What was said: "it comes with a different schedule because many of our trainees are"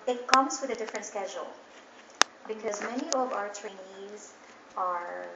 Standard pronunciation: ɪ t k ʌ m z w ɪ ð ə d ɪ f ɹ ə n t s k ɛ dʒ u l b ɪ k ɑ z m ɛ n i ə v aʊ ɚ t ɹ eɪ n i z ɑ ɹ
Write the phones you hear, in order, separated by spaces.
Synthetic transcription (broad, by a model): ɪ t k ʌ m z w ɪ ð ə d ɪ f ɹ ə n t s k ɛ dʒ u l b ɪ k ɑ z m ɛ n i ə v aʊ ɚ t ɹ eɪ n i z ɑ ɹ